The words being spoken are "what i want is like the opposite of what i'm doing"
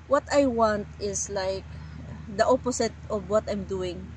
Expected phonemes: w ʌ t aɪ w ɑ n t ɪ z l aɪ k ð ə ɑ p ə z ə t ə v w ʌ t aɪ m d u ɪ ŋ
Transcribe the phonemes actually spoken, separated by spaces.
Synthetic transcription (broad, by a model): w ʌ t aɪ w ɑ n t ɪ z l aɪ k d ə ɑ p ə s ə t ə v w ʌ t aɪ m d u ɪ ŋ